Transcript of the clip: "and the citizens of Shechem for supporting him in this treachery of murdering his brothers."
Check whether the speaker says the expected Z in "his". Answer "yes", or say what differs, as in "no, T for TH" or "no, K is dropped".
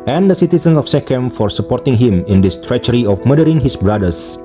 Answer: no, S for Z